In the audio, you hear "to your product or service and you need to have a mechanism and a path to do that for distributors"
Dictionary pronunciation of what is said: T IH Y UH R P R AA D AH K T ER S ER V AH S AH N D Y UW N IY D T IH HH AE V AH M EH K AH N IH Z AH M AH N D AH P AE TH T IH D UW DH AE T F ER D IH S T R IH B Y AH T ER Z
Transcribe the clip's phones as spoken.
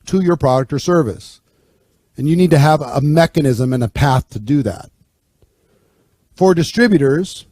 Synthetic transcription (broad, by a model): T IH Y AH R P R AA D AH K T ER S ER V AH S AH N Y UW N IY D T IH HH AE V AH M EH K AH N IH Z AH M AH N AH P AE TH T IH D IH DH AE T F ER D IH S T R IH B Y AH T ER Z